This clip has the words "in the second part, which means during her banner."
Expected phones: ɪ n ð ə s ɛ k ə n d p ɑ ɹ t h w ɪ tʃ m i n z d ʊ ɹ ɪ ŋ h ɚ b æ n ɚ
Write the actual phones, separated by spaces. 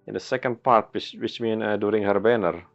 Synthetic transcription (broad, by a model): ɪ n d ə s ɛ k ə n d p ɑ ɹ t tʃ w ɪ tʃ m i n d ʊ ɹ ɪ ŋ h ɚ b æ n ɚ